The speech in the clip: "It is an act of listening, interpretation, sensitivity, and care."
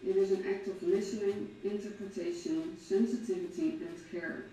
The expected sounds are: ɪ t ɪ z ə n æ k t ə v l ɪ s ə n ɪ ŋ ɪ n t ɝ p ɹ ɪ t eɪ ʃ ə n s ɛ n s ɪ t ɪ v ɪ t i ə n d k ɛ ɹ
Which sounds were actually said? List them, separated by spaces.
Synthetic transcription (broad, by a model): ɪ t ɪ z ə n æ k t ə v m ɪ ʃ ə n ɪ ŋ ɪ n t ɝ p ɹ ɪ t eɪ ʃ ə n s ɛ n s ɪ t ɪ v ɪ t i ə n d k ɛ ɹ